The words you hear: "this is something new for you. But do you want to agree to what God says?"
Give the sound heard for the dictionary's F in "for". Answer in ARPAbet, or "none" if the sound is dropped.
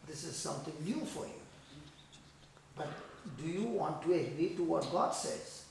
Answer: F